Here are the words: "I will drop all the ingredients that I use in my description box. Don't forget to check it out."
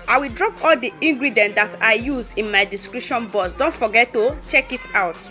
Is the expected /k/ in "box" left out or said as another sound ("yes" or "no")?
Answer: yes